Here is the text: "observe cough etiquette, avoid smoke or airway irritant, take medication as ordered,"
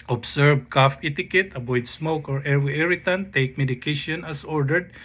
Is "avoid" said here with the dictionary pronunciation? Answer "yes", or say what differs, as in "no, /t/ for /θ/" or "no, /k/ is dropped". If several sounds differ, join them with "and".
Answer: no, /b/ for /v/